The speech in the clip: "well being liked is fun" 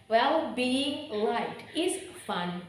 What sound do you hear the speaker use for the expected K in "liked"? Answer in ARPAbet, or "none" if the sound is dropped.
none